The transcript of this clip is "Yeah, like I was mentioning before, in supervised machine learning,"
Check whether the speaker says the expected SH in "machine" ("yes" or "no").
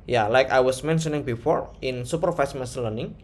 no